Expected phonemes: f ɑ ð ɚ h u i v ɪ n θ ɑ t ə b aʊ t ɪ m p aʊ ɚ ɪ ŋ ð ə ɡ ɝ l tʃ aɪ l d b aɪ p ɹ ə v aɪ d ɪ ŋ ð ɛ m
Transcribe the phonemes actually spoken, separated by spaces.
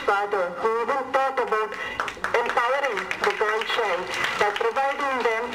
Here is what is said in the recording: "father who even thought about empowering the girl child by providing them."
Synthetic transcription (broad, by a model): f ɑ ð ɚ h u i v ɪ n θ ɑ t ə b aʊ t ɪ m p aʊ ɚ ɪ ŋ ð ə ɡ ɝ n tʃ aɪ n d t p ɹ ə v aɪ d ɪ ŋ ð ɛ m